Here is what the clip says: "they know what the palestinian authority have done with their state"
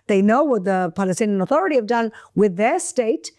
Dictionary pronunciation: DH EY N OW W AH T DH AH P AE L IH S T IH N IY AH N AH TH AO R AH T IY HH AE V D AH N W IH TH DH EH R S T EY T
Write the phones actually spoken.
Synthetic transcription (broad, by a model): DH EY N OW W AH T DH AH P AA L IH S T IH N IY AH N AH TH AO R AH T IY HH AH V D AH N W IH DH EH R S T EY T